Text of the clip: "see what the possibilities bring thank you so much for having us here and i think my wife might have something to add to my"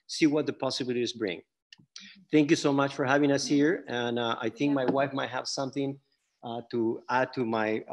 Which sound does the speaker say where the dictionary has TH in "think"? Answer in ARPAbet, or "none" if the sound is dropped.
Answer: TH